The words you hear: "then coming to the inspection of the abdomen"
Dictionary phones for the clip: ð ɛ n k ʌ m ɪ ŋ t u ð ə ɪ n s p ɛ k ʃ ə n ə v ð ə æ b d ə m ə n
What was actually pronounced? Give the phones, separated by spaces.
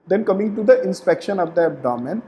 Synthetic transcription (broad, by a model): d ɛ n k ʌ m ɪ ŋ t u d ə ɪ n s p ɛ k ʃ ə n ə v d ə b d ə m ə n